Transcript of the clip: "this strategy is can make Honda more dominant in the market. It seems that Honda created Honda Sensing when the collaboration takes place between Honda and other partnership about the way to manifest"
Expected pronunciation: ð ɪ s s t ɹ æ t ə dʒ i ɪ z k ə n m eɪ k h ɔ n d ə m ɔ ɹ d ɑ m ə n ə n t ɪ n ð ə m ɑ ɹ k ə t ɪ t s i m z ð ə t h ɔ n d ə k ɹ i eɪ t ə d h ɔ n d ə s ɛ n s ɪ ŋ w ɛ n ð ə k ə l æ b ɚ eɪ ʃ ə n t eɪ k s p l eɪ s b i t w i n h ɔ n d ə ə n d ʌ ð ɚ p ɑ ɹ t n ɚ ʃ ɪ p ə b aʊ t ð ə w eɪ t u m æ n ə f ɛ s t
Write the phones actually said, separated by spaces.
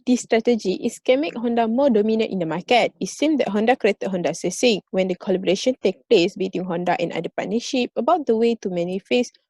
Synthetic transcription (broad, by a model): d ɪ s s t ɹ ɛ t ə dʒ i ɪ s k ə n m eɪ k h ɔ n d ə m ɔ d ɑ m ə n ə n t ɪ n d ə m ɑ k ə t ɪ t s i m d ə t h ɔ n d ə k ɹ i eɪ t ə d h ɔ n d ə s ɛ s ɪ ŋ w ɛ n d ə k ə l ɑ b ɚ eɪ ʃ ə n t eɪ k p l eɪ s b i t w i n h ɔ n d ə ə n d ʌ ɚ p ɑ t n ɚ ʃ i p ə b aʊ t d ə w eɪ t u m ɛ n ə f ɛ s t